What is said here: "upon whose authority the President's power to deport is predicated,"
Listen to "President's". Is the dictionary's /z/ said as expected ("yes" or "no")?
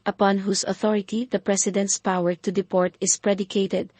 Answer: no